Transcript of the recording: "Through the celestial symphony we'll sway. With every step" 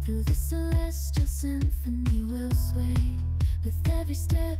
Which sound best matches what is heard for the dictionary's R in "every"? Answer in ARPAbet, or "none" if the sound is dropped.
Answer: none